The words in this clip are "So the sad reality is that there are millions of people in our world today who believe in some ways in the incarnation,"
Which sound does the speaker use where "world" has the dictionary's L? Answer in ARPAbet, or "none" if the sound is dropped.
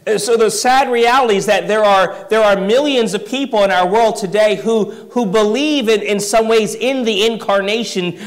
L